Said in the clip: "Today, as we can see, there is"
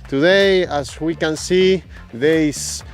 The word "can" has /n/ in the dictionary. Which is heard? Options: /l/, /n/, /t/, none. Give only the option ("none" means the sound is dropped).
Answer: /n/